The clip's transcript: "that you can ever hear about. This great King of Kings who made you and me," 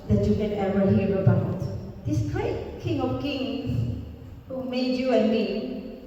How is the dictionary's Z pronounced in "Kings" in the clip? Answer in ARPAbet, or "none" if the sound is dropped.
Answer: S